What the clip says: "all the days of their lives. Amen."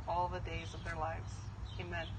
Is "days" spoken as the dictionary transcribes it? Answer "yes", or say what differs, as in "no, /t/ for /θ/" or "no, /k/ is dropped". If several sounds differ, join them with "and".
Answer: yes